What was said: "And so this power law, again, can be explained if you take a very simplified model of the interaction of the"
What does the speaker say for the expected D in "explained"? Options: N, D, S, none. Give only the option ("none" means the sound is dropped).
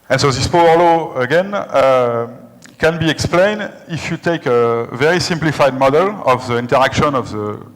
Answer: D